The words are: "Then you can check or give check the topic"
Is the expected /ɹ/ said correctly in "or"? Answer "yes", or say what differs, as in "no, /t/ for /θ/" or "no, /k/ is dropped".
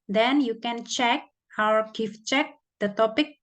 no, /w/ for /ɹ/